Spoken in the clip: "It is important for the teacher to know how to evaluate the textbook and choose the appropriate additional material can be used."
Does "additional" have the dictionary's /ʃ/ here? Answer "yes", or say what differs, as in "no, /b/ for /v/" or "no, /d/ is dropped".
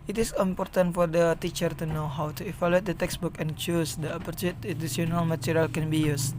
no, /s/ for /ʃ/